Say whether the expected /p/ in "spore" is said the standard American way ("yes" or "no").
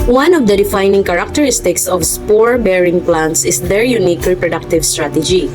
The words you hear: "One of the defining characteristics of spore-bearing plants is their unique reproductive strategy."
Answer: yes